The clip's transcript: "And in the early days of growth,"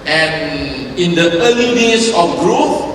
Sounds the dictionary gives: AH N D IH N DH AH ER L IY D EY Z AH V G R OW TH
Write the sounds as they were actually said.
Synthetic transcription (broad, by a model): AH N IH N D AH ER L IY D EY S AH F G R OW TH